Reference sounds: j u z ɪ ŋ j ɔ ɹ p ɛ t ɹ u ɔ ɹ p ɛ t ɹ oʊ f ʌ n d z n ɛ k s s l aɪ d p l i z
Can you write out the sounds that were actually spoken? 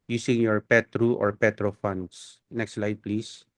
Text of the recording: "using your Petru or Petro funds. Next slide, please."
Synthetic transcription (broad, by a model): j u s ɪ ŋ j ɔ ɹ p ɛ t ɹ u ɔ ɹ p ɛ t ɹ oʊ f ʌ n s n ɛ k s s l aɪ d p l i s